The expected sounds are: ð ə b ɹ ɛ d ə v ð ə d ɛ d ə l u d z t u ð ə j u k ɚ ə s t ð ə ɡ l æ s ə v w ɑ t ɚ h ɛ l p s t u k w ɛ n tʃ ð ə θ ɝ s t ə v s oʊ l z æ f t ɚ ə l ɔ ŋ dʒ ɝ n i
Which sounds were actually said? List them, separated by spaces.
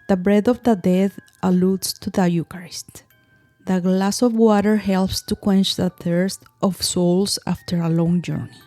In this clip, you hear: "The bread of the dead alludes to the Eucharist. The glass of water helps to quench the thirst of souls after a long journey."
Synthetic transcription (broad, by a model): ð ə b ɹ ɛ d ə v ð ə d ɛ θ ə l u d s t u ð ə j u k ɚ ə s t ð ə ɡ l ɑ s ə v w ɑ t ɚ h ɛ l p s t u k w ɛ n tʃ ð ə θ ɝ s t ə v s oʊ l s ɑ f t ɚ ə l ɔ ŋ dʒ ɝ n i